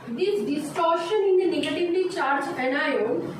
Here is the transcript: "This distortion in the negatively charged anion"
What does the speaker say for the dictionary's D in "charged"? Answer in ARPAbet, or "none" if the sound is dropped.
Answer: none